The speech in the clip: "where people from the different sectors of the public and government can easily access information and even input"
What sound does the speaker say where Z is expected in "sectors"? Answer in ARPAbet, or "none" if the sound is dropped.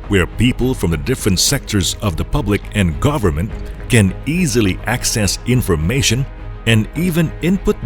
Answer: Z